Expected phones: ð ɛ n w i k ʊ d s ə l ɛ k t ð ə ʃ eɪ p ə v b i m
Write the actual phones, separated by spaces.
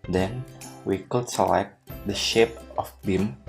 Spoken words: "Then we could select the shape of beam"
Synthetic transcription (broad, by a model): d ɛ n w i k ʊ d s ə l ɛ k t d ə ʃ eɪ p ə f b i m